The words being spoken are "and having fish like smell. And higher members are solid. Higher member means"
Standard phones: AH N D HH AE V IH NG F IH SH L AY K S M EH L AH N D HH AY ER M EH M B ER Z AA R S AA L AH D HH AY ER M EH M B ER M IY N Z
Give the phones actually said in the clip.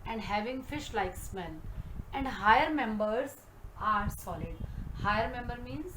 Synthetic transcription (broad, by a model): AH N D HH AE V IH NG F IH SH L AY K S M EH N AH N D HH AY ER M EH M B ER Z AA R S AA L AH D HH AY ER M EH M B ER M IY N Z